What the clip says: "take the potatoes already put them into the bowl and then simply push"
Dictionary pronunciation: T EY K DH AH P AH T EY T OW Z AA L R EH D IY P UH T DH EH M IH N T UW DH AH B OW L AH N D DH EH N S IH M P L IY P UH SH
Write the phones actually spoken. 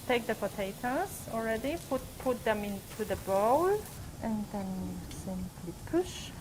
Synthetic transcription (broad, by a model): T EY K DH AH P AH T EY T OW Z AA L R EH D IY P UH T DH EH M IH N T UW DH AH B OW L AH N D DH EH N S IH M P L IY P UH SH